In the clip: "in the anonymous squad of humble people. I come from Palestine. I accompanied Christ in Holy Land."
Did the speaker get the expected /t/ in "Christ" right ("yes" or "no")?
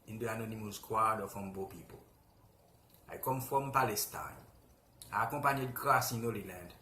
no